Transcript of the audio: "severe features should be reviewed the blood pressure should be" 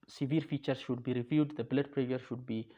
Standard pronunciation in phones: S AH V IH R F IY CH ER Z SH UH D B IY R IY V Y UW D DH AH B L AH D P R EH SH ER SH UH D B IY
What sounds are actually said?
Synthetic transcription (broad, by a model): S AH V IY R F IY CH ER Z SH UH D B IY R IY V Y UW D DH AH B L AH D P R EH ER SH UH D B IY